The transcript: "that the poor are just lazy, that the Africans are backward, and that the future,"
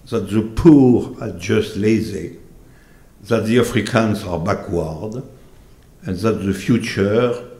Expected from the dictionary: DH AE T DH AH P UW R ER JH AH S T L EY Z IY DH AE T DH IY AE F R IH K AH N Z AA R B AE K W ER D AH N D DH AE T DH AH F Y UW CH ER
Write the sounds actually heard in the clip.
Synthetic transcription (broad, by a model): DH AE T DH AH P UW R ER JH AH S T L EY Z IY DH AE T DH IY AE F R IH K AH N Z AA R B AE K W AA D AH N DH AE T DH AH F Y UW CH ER